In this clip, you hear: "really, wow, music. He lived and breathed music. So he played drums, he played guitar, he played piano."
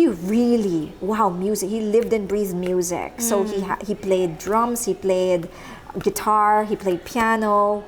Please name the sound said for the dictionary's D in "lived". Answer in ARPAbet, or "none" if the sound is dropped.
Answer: D